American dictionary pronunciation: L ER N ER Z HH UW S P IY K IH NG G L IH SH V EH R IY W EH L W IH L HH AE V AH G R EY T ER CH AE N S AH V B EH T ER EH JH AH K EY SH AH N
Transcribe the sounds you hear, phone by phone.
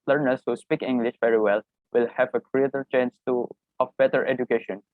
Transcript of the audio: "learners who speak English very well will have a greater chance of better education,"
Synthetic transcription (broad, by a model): L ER N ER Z HH UW S P IY K IH NG G L IH SH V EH R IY W EH L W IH L HH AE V AH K R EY T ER CH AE N S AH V B EH T ER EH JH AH K EY SH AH N